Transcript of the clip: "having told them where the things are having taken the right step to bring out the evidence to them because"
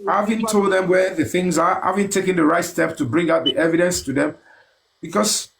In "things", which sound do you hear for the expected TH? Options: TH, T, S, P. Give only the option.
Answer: TH